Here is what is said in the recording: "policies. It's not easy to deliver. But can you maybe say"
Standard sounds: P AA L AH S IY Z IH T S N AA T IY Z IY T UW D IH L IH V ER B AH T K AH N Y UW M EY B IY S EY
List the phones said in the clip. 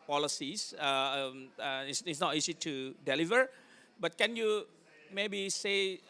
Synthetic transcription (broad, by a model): P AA L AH S IY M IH S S N AA T IY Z IY T UW D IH L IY V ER B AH T K AH N Y UW M EY B IY S EY